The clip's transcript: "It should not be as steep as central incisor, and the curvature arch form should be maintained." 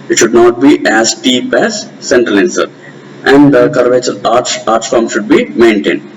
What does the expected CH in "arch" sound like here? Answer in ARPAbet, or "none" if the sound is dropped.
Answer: S